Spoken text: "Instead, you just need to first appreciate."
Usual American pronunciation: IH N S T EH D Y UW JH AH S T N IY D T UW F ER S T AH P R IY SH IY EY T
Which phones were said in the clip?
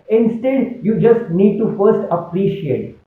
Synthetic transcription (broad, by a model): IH N S T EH D Y UW JH AH S T N IY D T UW F ER S T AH P R IY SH IY EY T